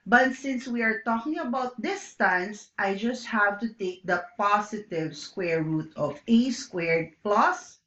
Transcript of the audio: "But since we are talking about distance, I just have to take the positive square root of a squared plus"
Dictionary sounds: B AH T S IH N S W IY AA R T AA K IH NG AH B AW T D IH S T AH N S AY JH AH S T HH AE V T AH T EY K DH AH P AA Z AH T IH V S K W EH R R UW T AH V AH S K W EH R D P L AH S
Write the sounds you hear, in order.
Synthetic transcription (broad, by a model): B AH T S IH N S W IY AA R T AA K IH NG AH B AW T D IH S T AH N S AY JH AH S T HH AE V T AH T EY K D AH P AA S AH T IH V S K W EH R R UW T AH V AH S K W EH R D P L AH S